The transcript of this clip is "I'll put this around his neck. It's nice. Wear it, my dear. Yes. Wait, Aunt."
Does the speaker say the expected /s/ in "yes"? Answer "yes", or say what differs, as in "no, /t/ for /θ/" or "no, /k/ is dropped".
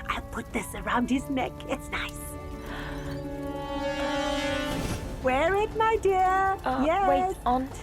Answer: no, /s/ is dropped